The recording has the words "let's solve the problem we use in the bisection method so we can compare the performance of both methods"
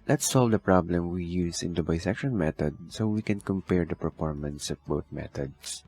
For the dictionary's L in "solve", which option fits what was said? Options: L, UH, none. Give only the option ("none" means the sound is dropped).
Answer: L